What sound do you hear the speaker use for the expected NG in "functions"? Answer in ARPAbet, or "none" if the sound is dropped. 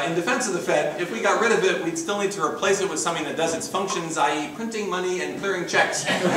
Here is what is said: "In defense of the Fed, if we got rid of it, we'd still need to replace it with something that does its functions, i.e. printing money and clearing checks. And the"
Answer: NG